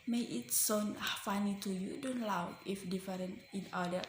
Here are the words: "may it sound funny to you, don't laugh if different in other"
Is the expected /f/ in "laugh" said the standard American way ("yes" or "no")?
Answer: no